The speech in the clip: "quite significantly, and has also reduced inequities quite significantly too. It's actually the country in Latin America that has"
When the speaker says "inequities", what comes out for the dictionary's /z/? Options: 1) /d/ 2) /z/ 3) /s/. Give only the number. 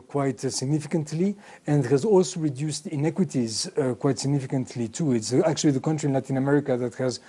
2